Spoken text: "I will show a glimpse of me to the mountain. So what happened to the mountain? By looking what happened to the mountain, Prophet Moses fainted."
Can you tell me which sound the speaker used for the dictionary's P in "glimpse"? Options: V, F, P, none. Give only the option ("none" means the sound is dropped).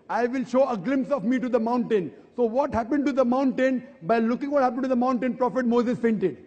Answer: P